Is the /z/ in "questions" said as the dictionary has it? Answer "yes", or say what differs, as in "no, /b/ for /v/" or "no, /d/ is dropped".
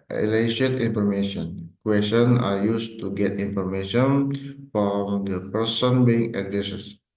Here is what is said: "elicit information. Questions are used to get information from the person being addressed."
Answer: no, /z/ is dropped